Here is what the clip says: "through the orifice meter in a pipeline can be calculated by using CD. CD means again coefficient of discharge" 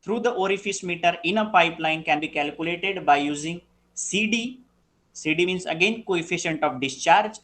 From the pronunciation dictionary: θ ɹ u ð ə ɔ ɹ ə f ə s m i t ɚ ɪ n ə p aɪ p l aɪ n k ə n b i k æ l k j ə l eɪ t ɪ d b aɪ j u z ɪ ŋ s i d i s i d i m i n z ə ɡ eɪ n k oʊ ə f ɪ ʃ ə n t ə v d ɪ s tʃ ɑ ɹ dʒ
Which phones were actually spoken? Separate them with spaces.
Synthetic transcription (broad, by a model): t ɹ u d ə ɔ ɹ ə f ə s m i t ɚ ɪ n ə p aɪ p l aɪ n k ə n b i k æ l k j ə l eɪ t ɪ d b aɪ j u z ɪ ŋ s i d i s i d i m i n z ə ɡ eɪ n k oʊ ə f ɪ ʃ ə n t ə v d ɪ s tʃ ɑ ɹ dʒ